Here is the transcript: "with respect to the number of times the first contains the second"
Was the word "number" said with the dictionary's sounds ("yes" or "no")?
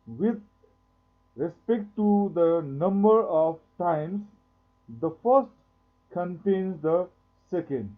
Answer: yes